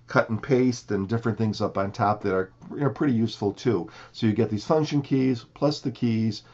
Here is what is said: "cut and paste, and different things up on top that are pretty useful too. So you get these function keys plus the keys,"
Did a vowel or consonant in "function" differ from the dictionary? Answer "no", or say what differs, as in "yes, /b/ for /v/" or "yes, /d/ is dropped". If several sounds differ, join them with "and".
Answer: no